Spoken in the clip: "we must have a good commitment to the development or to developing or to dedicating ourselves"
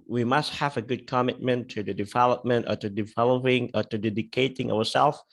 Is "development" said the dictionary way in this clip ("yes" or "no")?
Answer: yes